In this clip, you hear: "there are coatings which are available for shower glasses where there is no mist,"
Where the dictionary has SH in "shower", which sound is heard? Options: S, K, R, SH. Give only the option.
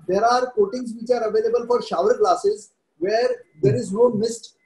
SH